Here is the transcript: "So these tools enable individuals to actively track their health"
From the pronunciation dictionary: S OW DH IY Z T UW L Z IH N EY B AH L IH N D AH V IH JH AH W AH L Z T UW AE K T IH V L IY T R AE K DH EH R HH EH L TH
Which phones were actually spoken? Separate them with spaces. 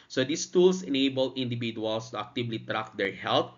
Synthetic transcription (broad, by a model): S OW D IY S T UW L S IH N EY B AH L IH N D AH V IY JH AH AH L S T UW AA K T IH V L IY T R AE K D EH R HH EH L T